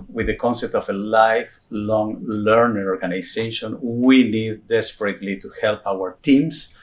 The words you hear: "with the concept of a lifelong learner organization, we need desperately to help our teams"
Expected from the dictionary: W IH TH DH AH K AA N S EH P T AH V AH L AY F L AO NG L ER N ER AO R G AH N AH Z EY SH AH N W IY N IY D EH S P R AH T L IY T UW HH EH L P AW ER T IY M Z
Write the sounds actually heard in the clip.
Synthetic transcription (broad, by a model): W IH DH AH K AA N S EH P T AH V AH L AY F L AO NG L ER N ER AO R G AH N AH S EY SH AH N W IY N IY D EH S P R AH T L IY T UW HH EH L P AW ER T IY M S